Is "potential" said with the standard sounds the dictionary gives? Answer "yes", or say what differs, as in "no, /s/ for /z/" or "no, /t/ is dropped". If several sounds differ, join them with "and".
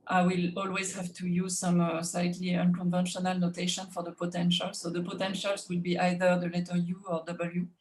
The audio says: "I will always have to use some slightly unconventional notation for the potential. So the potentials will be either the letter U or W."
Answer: yes